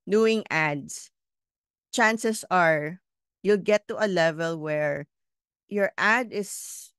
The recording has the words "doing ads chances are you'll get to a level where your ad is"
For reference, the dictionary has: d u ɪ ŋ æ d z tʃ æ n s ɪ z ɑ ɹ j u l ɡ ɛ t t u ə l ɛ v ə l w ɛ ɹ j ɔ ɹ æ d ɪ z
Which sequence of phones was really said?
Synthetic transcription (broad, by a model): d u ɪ ŋ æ d s tʃ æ n s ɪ s ɑ ɹ j u l ɡ ɛ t t u ə l ɛ v ə l w ɛ ɹ j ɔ ɹ æ d ɪ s